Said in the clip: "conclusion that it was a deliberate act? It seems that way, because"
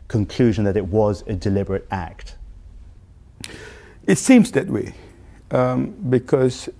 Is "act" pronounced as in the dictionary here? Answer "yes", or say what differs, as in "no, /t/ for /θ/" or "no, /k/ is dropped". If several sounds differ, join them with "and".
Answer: yes